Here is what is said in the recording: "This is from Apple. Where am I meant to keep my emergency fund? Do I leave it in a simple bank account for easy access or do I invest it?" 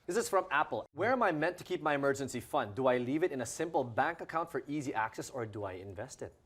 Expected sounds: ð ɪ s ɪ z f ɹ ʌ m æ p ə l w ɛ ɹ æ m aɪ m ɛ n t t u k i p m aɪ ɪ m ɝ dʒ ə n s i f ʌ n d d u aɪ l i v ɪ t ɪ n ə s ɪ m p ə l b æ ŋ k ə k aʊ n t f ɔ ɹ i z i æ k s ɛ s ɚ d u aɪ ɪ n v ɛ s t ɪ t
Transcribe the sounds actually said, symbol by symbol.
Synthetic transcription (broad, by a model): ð ɪ s ɪ z f ɹ ʌ m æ p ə l w ɛ ɹ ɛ m aɪ m ɛ n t t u k i p m aɪ ɪ m ɝ dʒ ə n s i f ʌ n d d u aɪ l i v ɪ t ɪ n ə s ɪ m p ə l b æ ŋ k ə k aʊ n t f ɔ ɹ i z i æ k s ɛ s ɚ d u aɪ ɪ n v ɛ s t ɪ t